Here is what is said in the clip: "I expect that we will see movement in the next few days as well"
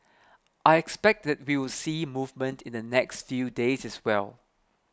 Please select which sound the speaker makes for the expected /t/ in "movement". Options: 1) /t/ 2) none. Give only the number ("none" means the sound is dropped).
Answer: 1